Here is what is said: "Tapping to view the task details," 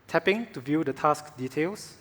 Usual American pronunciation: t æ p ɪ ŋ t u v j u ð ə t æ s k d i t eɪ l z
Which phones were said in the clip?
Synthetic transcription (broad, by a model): t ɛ p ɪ ŋ t u v j u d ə t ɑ s k d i t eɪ l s